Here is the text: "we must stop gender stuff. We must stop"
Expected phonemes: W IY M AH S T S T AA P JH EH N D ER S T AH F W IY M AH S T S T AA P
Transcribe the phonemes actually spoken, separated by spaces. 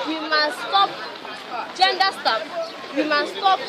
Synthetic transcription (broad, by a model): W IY M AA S S T AA P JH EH N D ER S T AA P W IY M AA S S T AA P